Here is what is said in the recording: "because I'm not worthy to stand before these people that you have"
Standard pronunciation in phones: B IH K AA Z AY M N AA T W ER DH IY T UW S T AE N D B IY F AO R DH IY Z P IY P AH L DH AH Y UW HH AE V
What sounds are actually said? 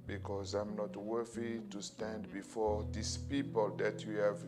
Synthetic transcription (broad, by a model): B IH K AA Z AY M N AA T W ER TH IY T UW S T AE N D B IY F AO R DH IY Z P IY P AH L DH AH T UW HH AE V